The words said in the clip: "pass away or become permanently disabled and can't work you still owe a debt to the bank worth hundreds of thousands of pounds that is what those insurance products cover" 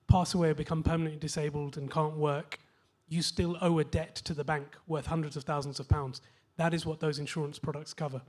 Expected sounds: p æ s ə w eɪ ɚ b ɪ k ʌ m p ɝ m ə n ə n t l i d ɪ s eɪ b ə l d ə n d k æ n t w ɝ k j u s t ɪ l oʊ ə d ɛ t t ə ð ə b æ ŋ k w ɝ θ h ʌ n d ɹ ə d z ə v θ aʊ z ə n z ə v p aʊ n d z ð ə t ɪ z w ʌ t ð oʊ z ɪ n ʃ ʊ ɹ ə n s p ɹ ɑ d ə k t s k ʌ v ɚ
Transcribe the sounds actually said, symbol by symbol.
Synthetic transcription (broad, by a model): p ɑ s ə w eɪ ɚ b ɪ k ʌ m p ɝ m ə n ə n t l i d ɪ s eɪ b ə l d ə n k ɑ n t w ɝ k j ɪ s t ɪ l oʊ ə d ɛ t t ə ð ə b æ ŋ k w ɝ θ h ʌ n d ɹ ə d z ə v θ aʊ z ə n z ə v p aʊ n d z ð ə t ɪ z w ʌ t ð oʊ z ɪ n ʃ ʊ ɹ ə n s p ɹ ɑ d ə k t s k ʌ v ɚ